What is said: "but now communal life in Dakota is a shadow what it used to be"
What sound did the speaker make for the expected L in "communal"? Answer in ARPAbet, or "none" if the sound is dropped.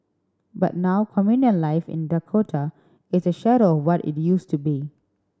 N